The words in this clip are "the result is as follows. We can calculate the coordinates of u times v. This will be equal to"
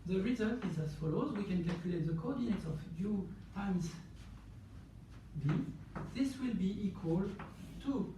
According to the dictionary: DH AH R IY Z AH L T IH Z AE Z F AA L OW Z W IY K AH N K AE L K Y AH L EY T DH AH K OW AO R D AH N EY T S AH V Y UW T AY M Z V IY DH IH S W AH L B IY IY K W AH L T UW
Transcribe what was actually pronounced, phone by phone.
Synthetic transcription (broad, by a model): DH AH R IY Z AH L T IH Z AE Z F AA L OW Z W IY K AH N K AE L K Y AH L EY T DH AH K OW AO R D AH N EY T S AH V Y UW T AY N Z B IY DH IH S W AH L B IY IY K W AH L T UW